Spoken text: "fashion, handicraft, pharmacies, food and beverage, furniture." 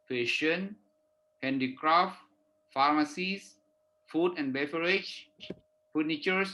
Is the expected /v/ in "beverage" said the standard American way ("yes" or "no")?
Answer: no